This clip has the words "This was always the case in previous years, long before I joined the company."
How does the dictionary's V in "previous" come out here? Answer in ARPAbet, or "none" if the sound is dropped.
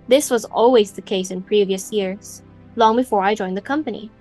V